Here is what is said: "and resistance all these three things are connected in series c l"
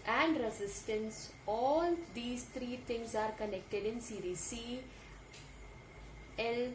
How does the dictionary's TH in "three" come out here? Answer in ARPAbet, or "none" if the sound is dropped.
T